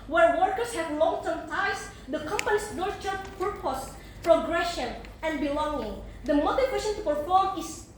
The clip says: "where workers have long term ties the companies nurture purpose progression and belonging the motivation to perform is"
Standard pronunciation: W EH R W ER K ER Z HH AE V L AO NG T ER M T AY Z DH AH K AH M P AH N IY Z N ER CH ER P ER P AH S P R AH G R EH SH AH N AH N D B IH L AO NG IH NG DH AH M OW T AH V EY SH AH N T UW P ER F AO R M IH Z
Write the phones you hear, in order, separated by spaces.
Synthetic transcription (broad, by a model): W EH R W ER K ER S HH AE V L AO NG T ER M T AY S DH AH K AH M P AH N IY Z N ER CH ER P ER P AH S P R AH G R EH SH AH N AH N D B IH L AO NG IH NG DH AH M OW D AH W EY S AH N T UW P ER F AO R M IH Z